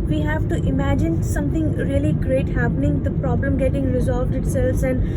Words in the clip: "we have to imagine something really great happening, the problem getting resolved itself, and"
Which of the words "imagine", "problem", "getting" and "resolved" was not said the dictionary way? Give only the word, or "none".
none